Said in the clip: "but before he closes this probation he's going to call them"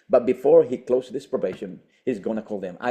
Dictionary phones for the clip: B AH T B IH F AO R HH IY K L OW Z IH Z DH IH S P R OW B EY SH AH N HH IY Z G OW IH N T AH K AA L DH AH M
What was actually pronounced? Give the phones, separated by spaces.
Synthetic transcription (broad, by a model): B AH T B IH F AO R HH IY K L OW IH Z DH IH S P R OW B EY SH AH N HH IY Z G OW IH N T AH K AA L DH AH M